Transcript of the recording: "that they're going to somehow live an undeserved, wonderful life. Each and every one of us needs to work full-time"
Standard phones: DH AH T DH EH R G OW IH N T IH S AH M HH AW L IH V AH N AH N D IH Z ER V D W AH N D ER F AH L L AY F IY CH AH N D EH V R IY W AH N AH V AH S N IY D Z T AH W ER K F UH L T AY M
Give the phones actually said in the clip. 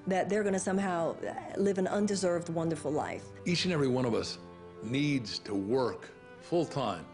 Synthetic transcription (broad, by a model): DH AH T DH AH R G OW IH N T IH S AH M HH AW L IH V AH N AH N D IH Z ER V D W AH N D ER F L L AY F IY CH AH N EH V R IY W AH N AH V AH S N IY D Z T AH W ER K F UH L T AY M